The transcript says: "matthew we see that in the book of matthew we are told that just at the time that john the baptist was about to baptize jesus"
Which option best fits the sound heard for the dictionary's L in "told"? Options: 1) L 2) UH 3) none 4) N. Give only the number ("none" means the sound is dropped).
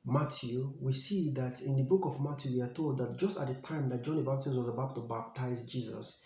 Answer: 1